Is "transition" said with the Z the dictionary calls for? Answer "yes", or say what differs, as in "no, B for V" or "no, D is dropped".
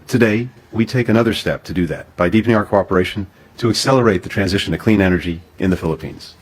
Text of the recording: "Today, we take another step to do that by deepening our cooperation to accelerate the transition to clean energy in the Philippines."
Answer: yes